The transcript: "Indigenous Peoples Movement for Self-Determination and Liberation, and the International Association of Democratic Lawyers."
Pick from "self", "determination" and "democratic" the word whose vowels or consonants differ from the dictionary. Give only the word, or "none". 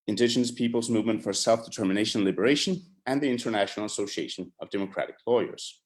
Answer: determination